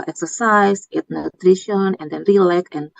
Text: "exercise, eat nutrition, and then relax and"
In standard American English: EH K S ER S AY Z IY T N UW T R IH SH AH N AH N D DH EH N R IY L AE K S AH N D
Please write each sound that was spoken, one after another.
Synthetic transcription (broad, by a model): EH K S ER S AY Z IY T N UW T R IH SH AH N AH N D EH N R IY L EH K AH N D